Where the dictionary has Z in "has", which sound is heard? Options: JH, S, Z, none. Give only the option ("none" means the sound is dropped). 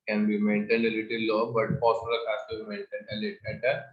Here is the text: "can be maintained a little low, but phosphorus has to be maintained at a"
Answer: S